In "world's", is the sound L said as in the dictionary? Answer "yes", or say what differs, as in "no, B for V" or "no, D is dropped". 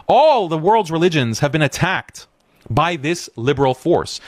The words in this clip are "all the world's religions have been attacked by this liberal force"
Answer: yes